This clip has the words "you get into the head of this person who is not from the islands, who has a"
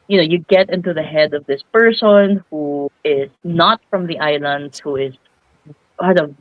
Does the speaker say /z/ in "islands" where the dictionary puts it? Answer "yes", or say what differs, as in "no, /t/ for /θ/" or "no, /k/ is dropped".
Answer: no, /z/ is dropped